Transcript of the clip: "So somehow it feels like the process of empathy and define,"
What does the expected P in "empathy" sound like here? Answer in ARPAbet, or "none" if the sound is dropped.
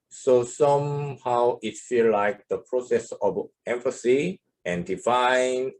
F